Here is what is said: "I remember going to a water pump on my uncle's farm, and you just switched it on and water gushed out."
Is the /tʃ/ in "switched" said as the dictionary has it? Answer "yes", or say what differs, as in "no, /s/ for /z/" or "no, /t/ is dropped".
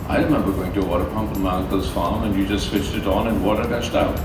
yes